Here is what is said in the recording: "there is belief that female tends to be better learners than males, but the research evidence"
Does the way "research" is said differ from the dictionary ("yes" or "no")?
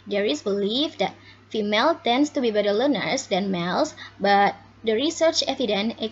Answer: no